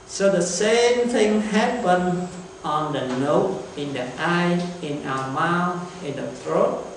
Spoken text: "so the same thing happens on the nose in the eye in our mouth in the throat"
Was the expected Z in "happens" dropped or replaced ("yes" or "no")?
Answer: yes